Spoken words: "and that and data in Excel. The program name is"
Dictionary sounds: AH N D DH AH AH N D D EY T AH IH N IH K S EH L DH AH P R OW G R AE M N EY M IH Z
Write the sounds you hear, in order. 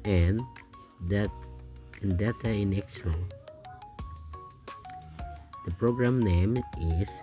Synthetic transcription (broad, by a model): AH N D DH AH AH N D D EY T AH IH N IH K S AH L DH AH P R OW G R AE M N EY M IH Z